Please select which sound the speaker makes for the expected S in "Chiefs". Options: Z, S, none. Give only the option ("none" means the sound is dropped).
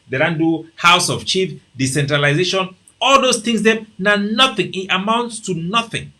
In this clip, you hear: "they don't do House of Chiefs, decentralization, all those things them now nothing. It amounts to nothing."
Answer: none